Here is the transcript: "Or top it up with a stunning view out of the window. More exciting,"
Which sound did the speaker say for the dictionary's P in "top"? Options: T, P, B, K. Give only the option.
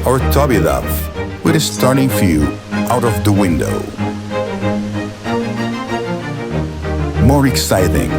B